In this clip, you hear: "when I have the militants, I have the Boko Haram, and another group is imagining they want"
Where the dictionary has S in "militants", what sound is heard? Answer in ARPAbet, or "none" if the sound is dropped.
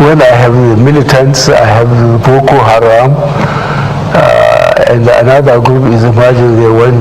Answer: S